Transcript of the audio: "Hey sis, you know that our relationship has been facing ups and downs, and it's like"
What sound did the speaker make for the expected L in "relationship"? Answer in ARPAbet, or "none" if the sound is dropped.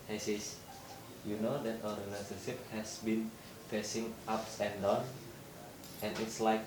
N